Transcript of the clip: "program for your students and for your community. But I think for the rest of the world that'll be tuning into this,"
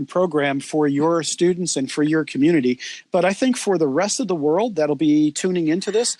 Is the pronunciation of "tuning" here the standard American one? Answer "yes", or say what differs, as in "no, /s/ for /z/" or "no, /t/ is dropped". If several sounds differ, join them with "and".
yes